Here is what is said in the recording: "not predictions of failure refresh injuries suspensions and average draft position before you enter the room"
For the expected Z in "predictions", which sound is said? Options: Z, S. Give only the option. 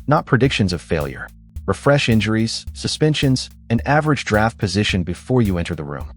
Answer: Z